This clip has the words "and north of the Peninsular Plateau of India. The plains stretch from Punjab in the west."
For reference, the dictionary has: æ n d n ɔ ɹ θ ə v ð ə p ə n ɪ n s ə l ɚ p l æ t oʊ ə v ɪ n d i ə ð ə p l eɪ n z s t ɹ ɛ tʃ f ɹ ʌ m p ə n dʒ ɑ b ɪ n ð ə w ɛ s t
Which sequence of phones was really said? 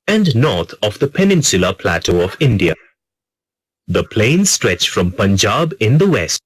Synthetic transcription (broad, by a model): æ n d n ɔ ɹ t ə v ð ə p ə n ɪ n s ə l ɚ p l æ t oʊ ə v ɪ n d i ə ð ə p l eɪ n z s t ɹ ɛ tʃ f ɹ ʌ m p ə n dʒ ɑ b ɪ n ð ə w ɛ s t